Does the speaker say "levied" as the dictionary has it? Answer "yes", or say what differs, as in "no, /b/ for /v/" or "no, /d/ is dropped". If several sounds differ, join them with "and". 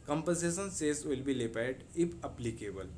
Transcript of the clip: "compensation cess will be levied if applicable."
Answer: no, /p/ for /v/